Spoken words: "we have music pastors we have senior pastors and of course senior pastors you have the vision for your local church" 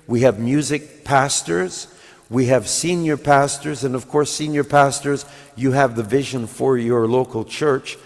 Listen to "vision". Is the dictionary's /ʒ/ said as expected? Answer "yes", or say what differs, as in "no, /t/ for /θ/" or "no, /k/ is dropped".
yes